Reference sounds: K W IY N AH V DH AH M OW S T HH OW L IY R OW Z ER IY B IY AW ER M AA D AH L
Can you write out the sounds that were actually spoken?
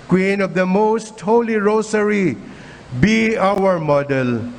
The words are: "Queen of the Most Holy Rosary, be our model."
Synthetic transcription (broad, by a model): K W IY N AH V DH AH M OW S T HH OW L IY R OW S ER IY B IY AW ER M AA D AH L